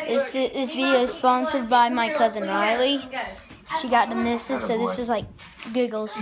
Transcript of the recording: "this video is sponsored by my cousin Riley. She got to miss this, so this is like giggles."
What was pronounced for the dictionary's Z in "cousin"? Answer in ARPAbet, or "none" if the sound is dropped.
Z